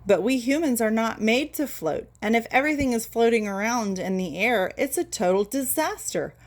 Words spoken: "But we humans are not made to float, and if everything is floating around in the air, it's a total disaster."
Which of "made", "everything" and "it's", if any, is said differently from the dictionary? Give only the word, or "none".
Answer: none